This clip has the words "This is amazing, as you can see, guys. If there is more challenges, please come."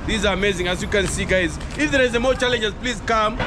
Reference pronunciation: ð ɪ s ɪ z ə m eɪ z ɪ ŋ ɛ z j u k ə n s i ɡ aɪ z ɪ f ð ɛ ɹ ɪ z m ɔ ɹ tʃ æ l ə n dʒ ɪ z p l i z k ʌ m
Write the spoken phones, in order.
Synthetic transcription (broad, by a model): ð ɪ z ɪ ə m eɪ z ɪ ŋ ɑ s j u k ə n s i ɡ aɪ z ɪ f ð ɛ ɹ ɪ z m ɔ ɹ tʃ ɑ l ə n dʒ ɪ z p l i z k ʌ m